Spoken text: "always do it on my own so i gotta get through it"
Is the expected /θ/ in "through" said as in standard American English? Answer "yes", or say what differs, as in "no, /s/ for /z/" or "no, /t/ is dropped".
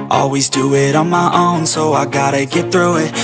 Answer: yes